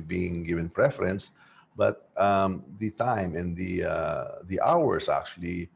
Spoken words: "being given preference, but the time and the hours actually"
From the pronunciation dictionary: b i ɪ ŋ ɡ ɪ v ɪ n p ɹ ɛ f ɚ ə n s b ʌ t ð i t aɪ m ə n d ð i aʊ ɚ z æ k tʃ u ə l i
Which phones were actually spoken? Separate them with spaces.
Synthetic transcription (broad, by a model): b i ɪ ŋ ɡ ɪ v ɪ n p ɹ ɛ f ɚ ə n s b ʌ t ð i t aɪ m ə n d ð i aʊ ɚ s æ k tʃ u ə l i